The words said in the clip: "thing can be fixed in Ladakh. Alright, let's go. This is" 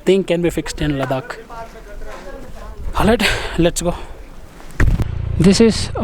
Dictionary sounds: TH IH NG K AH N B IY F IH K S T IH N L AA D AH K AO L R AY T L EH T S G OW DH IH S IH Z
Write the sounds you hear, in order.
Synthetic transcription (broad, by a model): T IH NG K AH N B IY F IH K S T IH N L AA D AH K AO L AY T L EH T S G OW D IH S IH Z